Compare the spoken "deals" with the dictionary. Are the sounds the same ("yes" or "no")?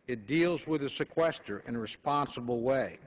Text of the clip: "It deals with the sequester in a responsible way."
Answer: yes